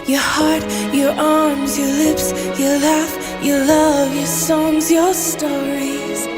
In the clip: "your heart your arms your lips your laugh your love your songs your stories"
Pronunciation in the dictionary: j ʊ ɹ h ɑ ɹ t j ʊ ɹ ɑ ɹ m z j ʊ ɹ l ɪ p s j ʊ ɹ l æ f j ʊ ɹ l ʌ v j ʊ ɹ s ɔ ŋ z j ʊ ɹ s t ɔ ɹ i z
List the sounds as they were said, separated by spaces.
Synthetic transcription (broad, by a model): j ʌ ɹ h ɑ ɹ t j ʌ ɹ ɑ ɹ m z j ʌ ɹ l ɪ p s j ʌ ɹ l æ f j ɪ l ʌ v j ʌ ɹ s ɔ ŋ z j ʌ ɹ s t ɔ ɹ i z